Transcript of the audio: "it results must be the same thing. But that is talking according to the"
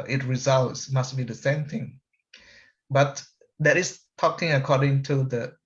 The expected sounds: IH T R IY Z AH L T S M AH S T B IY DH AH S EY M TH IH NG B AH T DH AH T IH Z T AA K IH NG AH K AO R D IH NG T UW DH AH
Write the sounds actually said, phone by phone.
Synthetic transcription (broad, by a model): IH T R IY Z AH L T S M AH S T B IY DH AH S EY M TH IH NG B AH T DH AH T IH S T AA K IH NG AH K AO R D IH NG T UW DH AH